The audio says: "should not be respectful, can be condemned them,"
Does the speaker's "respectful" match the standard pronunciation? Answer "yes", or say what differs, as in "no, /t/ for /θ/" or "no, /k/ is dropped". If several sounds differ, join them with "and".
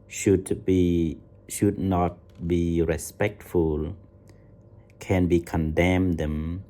yes